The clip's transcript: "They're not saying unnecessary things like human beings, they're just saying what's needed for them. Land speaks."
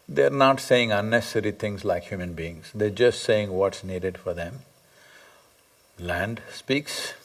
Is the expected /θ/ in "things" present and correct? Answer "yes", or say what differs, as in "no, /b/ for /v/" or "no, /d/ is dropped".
no, /t/ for /θ/